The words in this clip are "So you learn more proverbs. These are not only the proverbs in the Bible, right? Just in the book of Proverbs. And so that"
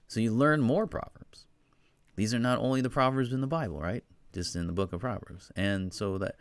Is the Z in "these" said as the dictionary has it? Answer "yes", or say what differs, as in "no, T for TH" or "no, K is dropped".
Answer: yes